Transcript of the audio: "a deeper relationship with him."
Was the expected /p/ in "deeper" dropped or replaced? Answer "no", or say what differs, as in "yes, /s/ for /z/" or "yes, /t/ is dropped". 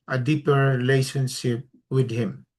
no